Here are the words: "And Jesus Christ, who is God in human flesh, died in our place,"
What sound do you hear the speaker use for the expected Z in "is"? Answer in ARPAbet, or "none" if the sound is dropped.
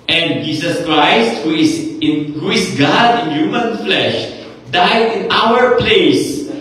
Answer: S